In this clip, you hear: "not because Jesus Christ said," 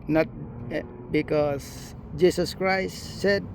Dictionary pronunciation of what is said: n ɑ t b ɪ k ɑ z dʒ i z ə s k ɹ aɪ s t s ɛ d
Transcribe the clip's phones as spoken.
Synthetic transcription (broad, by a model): n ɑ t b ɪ k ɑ s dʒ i s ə s k ɹ aɪ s s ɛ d